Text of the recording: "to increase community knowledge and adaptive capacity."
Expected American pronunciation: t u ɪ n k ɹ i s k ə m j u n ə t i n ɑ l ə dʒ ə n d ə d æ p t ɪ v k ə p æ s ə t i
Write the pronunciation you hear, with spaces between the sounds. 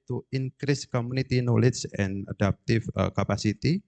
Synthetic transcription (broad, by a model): t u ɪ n k ɹ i s k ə m u n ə t i n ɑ l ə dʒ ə n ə d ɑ p t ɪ f k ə p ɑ s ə t i